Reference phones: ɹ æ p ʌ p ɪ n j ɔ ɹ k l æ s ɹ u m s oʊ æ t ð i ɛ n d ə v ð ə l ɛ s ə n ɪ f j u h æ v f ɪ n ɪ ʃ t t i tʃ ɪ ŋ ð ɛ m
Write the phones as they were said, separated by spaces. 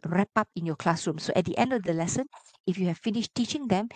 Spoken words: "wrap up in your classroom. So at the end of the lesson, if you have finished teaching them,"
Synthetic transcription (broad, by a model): ɹ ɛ p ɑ p ɪ n j ɔ k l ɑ s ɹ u m s oʊ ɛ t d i ɛ n d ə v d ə l ɛ s ə n ɪ f j u h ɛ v f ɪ n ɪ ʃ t t i tʃ ɪ ŋ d ɛ m